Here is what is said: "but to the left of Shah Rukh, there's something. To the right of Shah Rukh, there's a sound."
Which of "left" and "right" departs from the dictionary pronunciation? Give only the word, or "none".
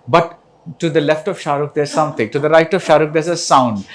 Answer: none